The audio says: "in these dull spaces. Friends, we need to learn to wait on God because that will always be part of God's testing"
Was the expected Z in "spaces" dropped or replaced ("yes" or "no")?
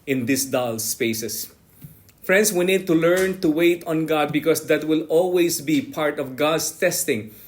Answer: yes